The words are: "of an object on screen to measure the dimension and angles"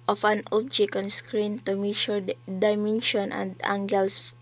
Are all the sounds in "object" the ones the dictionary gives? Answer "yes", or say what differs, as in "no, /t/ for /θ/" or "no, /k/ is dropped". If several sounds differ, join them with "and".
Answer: no, /t/ is dropped